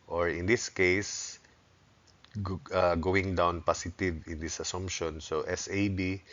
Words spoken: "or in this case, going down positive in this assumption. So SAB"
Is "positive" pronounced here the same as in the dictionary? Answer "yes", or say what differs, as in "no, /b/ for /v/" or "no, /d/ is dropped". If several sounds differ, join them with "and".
no, /s/ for /z/